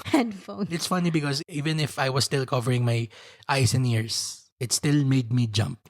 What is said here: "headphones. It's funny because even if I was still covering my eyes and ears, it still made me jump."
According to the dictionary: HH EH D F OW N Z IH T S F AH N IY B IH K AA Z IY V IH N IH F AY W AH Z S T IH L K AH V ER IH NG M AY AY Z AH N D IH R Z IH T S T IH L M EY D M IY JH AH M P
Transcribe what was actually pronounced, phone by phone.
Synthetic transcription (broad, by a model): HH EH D F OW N IH T S F AH N IY B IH K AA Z IY V IH N IH F AY W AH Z S T IH L K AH V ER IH NG M AY AY S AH N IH R S IH T S T IH L M EY D M IY JH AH M P